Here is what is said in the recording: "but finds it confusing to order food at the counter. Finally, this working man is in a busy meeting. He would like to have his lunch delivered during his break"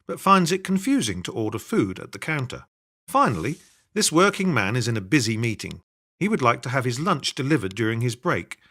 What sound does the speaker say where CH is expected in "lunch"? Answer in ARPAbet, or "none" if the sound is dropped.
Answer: CH